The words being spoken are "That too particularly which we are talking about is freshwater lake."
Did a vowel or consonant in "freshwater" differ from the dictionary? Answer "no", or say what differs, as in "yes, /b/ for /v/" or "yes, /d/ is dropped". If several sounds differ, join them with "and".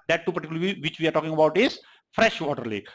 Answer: no